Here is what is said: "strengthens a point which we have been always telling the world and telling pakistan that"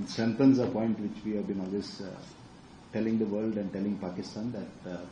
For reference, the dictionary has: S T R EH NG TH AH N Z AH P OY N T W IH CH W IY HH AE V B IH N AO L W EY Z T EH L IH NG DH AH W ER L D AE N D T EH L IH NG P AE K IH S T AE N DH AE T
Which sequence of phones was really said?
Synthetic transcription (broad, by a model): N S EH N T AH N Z AH P OY N T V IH CH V IY HH AE V B IH N AO L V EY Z T EH L IH NG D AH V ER L D AE N D T EH L IH NG P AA K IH S T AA N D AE T